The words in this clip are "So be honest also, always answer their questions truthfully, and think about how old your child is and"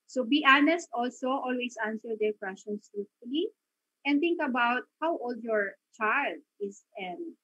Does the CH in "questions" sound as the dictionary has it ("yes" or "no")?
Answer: no